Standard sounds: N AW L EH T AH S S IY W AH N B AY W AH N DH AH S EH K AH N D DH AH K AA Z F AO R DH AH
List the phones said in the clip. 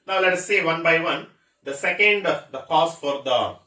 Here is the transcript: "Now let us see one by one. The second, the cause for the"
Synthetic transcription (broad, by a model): N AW L EH T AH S S IY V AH N B AY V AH N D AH S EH K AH N D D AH K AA S F AO R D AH